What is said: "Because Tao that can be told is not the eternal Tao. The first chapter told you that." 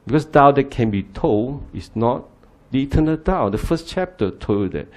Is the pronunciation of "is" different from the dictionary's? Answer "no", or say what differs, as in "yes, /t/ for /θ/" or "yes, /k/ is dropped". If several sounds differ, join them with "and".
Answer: yes, /s/ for /z/